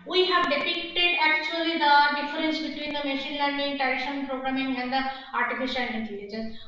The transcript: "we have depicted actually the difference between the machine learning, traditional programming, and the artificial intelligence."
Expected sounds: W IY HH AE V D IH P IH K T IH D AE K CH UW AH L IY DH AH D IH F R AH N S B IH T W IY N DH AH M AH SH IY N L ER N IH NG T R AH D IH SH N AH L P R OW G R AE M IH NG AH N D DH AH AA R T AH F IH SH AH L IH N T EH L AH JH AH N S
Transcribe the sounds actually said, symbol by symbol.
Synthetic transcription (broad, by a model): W IY HH AE V D IH P IH K T IH D AE K CH UW AH L IY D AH D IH F R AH N S B IH T W IY N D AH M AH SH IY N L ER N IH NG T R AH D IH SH AH N P R OW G R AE M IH NG AH N D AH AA R T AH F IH SH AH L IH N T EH L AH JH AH N S